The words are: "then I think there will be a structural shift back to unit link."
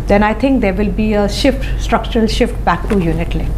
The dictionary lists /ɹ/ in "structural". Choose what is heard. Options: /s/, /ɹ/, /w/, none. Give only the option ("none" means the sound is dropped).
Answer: /ɹ/